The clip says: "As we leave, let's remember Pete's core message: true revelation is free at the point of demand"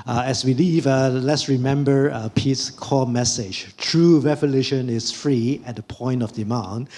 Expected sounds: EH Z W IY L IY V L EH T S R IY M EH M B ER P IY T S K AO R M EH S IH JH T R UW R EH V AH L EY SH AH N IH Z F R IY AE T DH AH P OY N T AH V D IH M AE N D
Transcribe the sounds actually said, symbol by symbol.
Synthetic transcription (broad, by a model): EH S W IY L IY V L EH T S R IY M EH M B ER P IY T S K AO M EH S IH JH T R UW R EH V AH L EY SH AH N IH S F R IY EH T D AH P OY N T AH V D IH M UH N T